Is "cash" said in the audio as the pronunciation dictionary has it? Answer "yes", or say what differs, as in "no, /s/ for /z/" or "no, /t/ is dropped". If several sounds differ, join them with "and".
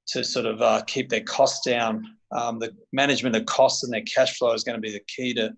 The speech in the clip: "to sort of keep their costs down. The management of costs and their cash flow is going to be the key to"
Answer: yes